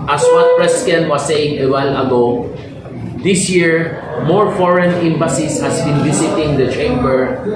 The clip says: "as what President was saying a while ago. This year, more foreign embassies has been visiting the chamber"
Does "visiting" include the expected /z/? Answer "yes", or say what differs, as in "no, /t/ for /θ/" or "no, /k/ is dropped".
no, /s/ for /z/